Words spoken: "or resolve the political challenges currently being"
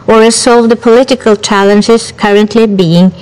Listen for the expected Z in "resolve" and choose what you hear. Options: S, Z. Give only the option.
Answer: S